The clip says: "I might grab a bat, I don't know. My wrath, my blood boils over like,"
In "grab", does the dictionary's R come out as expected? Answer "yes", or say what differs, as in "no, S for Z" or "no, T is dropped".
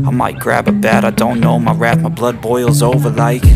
yes